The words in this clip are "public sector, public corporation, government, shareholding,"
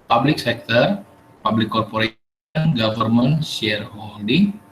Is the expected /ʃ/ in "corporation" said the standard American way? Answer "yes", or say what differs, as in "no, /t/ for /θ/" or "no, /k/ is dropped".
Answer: no, /ʃ/ is dropped